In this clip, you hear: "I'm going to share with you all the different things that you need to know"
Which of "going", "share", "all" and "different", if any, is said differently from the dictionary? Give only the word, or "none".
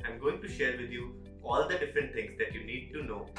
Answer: none